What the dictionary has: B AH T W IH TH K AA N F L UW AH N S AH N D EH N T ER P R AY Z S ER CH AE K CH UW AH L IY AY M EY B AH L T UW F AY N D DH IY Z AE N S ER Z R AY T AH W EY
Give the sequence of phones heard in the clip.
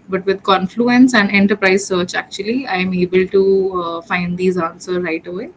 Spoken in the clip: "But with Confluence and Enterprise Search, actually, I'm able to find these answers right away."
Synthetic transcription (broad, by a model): B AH T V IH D K AA N F L UW AH N S AH N D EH N T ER P R AY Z S ER CH AE K CH UW AH L IY AY M EY B AH L T UW F AY N D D IY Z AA N S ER R AY T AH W EY